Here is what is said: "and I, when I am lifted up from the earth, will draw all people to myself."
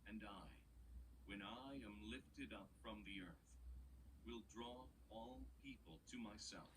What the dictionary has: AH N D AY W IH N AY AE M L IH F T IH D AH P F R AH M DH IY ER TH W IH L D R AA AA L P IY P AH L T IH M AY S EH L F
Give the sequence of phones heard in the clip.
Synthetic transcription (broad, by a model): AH N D AY W IH N AY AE M L IH F T IH D AH P F R AH M DH IY ER TH W IH L D R AA AA L P IY P AH L T IH M AY S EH L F